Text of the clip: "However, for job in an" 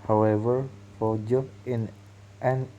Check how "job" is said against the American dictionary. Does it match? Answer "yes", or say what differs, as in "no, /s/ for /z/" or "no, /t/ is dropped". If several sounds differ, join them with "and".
no, /b/ is dropped